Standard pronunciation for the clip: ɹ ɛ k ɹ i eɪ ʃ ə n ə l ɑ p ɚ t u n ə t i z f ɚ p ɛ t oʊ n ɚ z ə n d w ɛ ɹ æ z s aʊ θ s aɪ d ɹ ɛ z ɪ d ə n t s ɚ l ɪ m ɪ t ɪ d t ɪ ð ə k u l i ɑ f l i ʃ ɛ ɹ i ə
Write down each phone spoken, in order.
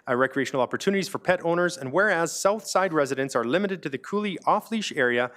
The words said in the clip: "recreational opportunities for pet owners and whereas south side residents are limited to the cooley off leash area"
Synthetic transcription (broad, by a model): ɹ ɛ k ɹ i eɪ ʃ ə n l ɑ p ɚ t u n ə t i z f ɚ p ɛ t oʊ n ɚ z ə n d w ɛ ɹ æ z s aʊ θ s aɪ d ɹ ɛ z ɪ d ə n t s ɚ l ɪ m ɪ t ɪ d t ɪ ð ə k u l i ɑ f l i ʃ ɛ ɹ i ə